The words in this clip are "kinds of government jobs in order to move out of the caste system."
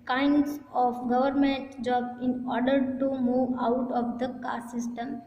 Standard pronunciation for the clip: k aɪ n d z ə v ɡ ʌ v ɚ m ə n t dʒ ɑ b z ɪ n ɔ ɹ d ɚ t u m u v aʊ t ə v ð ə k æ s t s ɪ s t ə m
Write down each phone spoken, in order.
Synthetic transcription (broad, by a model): k aɪ n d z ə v ɡ ʌ v ɚ m ə n t dʒ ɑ b ɪ n ɔ ɹ d ɚ t u m u v aʊ t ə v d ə k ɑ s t s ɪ s t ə m